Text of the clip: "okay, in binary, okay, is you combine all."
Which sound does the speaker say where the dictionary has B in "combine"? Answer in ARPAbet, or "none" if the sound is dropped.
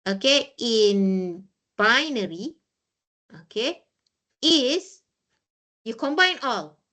B